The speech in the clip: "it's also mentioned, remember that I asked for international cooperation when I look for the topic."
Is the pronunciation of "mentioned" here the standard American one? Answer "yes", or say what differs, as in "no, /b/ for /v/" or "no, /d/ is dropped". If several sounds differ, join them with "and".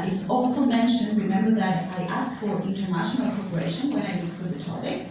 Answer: yes